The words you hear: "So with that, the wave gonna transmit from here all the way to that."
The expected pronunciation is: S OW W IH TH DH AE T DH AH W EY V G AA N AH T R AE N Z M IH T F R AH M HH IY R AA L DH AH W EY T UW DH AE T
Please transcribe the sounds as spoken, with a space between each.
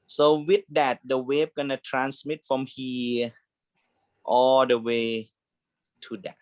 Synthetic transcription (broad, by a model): S OW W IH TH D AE T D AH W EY P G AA N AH T R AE N S M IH T F R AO M HH IY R AA L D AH W EY T UW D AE T